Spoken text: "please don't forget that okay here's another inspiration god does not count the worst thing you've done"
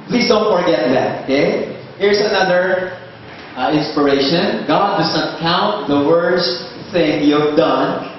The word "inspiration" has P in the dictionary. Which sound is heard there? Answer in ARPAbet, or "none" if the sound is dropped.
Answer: P